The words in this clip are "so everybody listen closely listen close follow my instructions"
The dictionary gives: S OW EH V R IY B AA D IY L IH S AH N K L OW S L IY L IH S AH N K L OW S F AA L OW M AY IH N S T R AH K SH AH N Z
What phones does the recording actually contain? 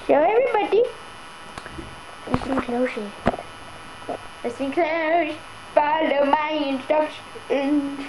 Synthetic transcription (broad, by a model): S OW EH V R IY B AA D IY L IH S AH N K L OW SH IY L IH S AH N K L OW SH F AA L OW M AY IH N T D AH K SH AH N